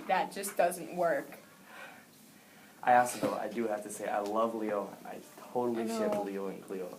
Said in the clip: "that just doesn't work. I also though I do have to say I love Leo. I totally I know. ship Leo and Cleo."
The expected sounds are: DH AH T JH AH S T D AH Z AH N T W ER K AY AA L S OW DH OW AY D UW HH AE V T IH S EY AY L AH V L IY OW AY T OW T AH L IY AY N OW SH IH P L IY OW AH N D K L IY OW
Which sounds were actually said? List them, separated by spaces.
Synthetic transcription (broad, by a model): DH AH T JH AH S D AH Z AH N T W ER K AY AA S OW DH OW AY D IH HH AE F T IH S EY AY L AH V L IY OW AY T OW T L IY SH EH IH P L IY OW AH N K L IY OW